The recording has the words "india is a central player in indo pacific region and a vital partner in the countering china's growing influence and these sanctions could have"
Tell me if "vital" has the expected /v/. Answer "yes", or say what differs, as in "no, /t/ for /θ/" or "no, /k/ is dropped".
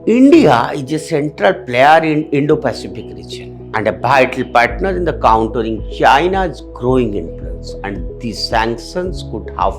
no, /b/ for /v/